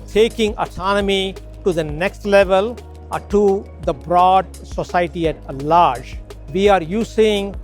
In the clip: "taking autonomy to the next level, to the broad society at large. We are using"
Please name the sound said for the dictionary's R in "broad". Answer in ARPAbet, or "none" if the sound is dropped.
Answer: R